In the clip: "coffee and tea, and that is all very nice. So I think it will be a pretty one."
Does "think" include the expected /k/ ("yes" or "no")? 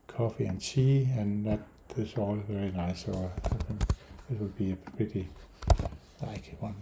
no